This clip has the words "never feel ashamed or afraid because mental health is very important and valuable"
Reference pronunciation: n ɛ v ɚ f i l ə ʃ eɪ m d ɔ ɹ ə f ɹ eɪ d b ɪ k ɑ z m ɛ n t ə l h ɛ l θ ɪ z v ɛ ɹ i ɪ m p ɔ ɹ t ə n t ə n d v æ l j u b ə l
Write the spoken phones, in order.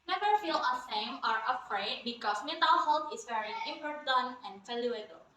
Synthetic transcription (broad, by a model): n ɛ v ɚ f i l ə s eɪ m ɔ ɹ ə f ɹ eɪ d b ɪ k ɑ s m ɛ n t ə l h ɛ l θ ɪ s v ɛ ɹ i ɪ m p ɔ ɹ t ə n ə n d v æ l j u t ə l